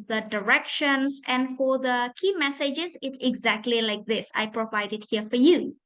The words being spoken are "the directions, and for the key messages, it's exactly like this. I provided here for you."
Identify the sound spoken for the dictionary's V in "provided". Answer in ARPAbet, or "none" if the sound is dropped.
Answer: V